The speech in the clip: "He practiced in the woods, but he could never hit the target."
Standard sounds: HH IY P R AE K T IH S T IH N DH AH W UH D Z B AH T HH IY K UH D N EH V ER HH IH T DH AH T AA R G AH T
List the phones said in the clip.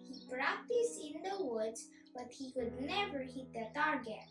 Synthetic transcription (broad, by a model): HH IY B R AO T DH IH S IH N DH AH W UH D Z B AH T HH IY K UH D N EH V ER HH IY T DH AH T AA R G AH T